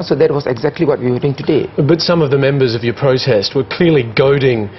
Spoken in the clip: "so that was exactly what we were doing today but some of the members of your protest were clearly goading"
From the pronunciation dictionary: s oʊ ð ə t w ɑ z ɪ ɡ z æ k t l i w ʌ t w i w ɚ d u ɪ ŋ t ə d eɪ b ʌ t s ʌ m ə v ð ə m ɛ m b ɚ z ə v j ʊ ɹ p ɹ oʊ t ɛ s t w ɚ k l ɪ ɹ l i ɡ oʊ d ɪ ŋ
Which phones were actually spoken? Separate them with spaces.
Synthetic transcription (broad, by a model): s oʊ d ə t w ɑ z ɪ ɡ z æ k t l i w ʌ t w i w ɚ d u ɪ ŋ t ə d eɪ b ʌ t s ʌ m ə v ð ə m ɛ m b ɚ z ə v j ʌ ɹ p ɹ oʊ t ɛ s t w ɚ k l ɪ ɹ l i ɡ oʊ d ɪ ŋ